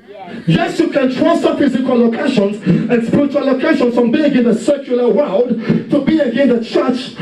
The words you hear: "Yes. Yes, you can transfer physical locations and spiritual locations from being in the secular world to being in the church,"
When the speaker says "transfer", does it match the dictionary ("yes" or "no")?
no